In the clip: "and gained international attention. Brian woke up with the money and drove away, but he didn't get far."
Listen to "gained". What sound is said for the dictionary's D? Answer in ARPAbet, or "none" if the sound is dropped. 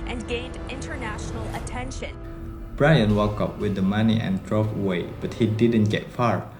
D